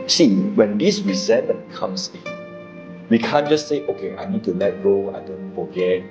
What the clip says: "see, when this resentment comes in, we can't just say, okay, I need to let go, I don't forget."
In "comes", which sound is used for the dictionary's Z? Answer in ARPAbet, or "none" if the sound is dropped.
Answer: S